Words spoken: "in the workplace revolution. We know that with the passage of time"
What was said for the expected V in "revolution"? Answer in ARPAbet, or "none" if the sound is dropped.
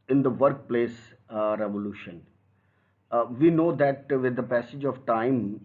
V